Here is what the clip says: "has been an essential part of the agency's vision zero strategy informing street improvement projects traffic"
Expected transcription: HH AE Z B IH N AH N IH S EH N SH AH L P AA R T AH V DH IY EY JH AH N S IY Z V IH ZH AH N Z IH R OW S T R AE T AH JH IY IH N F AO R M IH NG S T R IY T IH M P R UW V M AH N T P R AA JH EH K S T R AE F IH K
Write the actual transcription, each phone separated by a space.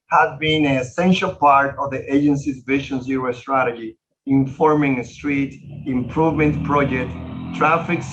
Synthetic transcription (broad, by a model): HH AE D B IH N AH N IH S EH N SH AH L P AA R T AH V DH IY EY JH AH N S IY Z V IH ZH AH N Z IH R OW S T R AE T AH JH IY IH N F AO R M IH NG S T R IY T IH M P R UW V M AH N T P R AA JH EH K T T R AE F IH K